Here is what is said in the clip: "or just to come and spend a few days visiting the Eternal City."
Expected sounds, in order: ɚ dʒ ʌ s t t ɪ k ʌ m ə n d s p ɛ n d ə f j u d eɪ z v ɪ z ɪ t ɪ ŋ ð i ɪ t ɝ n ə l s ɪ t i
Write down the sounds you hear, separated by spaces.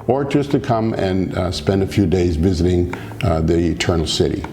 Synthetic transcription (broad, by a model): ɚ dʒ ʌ s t t ɪ k ʌ m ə n s p ɛ n d ə f j u d eɪ z v ɪ z ɪ t ɪ ŋ ð i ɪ t ɝ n l s ɪ t i